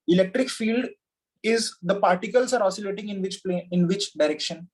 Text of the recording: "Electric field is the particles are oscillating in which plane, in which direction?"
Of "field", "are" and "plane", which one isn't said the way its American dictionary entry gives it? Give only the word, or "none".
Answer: plane